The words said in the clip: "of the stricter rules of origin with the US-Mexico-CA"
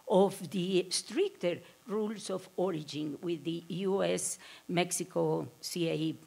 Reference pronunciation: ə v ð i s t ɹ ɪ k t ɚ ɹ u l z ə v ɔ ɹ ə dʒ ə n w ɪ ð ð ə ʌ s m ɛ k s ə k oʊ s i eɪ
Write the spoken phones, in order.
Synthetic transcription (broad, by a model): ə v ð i s t ɹ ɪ k t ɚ ɹ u l s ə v ɔ ɹ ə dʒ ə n w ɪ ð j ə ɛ s m ɛ k s ə k oʊ s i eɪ